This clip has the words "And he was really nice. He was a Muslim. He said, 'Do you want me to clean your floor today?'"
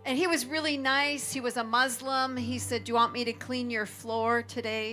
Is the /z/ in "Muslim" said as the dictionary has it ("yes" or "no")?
yes